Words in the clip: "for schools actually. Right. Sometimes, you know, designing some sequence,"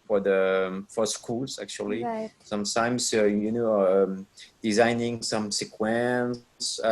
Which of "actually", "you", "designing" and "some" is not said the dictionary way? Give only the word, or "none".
actually